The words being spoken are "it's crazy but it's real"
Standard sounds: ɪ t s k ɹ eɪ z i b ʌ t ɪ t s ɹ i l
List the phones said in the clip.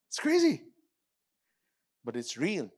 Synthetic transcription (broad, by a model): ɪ t s k ɹ eɪ z i b ʌ t ɪ t s ɹ i l